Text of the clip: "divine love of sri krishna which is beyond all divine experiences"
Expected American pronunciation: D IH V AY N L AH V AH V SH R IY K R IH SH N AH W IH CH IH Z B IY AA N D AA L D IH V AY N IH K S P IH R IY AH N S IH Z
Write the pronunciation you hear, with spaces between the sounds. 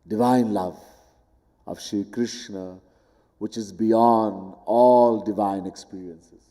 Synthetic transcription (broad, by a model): D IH V AY N L AH V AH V SH IY K R IH SH N AH W IH CH IH Z B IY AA N D AA L D IH V AY N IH K S P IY R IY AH N S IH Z